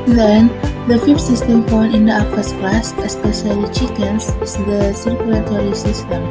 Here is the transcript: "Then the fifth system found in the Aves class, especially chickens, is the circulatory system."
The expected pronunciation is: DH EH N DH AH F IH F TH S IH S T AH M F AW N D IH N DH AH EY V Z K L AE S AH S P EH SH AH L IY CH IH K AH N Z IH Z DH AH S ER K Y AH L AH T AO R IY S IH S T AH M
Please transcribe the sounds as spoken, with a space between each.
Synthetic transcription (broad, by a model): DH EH N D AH F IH F T S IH S T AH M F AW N IH N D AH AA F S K L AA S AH S P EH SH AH L IY CH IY K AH N S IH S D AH S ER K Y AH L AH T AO R IY S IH S T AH M